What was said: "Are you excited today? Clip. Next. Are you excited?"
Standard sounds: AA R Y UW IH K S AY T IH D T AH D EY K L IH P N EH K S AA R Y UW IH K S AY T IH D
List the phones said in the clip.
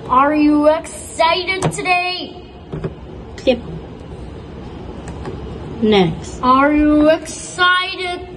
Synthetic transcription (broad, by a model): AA R Y UW IH K S AY T IH D T AH D EY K IH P N EH K S AA R Y UW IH K S AY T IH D